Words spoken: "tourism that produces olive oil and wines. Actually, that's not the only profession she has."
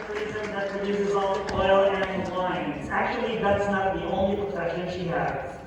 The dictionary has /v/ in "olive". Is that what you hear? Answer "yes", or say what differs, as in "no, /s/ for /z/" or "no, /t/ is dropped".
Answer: no, /v/ is dropped